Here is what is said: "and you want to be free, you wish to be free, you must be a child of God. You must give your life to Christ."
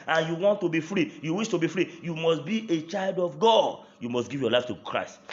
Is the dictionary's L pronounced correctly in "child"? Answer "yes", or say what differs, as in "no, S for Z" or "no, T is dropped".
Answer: yes